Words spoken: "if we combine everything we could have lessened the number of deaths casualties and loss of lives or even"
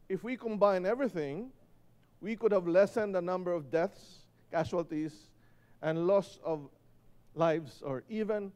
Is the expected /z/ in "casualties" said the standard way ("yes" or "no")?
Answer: no